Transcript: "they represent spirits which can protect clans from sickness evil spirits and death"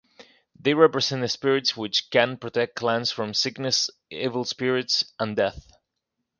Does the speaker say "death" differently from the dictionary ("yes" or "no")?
no